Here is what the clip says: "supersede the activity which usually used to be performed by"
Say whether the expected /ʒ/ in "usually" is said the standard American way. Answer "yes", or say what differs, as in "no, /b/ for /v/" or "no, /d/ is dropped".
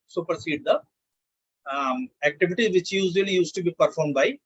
no, /z/ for /ʒ/